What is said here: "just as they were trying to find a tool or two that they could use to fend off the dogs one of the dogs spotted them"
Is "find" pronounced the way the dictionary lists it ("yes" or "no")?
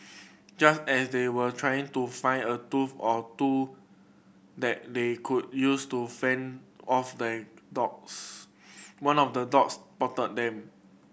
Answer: no